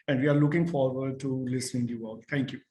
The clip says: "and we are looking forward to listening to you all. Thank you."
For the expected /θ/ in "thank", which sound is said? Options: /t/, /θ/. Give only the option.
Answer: /t/